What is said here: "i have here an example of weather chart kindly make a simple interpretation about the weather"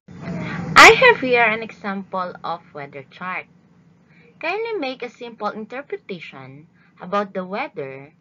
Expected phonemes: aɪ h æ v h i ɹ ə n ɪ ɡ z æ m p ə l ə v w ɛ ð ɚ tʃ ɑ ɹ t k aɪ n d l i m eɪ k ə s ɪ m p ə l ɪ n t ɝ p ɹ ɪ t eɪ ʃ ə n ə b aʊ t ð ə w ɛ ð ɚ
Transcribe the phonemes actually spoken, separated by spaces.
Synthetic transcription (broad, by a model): aɪ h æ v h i ɹ ə n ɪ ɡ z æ m p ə l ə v w ɛ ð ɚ tʃ ɑ ɹ t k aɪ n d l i m eɪ k ə s ɪ m p ə l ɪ n t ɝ p ɹ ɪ t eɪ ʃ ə n ə b aʊ t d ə w ɛ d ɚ